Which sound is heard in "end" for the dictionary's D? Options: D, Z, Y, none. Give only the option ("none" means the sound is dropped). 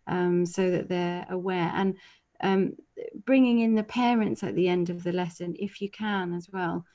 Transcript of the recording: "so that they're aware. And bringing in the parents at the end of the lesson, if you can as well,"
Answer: D